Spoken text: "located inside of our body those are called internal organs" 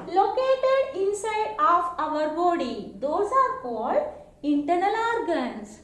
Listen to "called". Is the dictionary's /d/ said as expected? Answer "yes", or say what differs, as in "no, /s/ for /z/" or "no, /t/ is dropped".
yes